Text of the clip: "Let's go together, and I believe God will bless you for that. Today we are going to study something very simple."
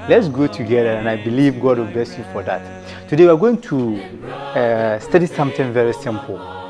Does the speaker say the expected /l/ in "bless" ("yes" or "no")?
yes